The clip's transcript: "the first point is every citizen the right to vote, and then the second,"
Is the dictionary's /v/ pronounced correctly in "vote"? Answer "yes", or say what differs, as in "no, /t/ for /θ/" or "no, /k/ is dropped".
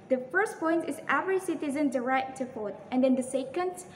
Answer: no, /f/ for /v/